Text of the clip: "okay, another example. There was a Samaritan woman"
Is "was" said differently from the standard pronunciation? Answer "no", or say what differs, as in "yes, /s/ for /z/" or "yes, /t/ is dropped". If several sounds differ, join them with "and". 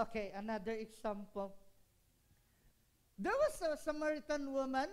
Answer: yes, /s/ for /z/